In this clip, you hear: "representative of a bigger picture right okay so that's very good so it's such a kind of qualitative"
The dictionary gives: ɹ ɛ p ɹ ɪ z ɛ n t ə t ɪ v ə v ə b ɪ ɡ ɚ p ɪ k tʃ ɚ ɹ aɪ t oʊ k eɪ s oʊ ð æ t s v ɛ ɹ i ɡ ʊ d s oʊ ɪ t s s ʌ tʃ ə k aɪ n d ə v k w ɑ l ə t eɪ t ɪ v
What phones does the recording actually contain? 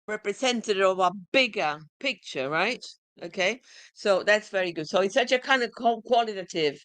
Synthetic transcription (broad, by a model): ɹ ɛ p ɹ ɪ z ɛ n t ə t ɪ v ə v ə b ɪ ɡ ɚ p ɪ k tʃ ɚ ɹ aɪ t oʊ k eɪ s oʊ ð æ t s v ɛ ɹ i ɡ ʊ d s oʊ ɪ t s s ʌ tʃ ə k aɪ n d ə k k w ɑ l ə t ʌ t ɪ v